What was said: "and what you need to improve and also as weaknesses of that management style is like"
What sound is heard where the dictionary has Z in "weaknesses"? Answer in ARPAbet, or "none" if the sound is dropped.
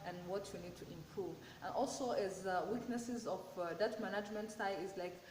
Z